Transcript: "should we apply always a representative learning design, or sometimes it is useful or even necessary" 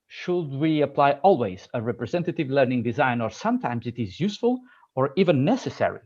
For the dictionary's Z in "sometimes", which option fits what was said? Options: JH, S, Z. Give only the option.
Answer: Z